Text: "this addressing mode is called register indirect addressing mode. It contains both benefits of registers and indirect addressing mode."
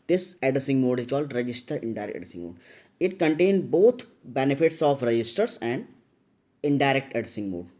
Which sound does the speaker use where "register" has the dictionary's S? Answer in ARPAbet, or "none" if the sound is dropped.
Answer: S